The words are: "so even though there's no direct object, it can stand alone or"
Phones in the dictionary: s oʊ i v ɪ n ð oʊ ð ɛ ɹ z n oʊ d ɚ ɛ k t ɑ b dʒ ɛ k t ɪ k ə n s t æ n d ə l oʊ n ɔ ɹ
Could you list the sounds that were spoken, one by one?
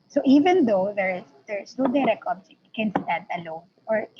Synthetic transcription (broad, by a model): s oʊ i v ɪ n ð oʊ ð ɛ ɹ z n oʊ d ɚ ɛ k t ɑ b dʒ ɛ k ɪ n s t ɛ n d ə l oʊ n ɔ ɹ